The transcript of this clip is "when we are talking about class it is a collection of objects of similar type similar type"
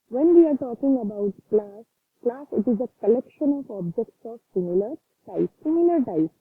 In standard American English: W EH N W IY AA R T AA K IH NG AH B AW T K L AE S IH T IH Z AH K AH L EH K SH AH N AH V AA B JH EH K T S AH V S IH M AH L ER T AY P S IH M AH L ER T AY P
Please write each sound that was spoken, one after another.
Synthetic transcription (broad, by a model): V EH N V IY AA R T AA K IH NG AH B AW T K L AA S IH T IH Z AH K AH L EH K SH AH N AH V AA B JH EH K T S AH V S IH M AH L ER T AY P S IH M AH L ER T AY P